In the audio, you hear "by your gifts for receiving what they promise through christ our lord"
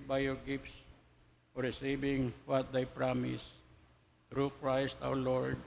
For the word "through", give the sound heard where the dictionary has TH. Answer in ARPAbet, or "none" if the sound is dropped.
T